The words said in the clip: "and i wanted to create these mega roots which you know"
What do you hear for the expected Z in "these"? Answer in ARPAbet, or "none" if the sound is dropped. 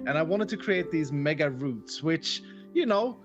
Z